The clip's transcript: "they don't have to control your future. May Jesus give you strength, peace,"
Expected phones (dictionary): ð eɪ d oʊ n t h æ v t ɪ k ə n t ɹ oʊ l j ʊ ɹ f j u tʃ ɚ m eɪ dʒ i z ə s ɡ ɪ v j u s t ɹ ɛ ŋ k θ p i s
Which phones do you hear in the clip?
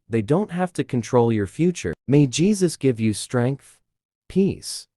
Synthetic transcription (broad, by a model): ð eɪ d oʊ n t h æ f t ɪ k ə n t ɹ oʊ l j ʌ ɹ f j u tʃ ɚ m eɪ dʒ i z ə s ɡ ɪ v j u s t ɹ ɛ ŋ k θ p i s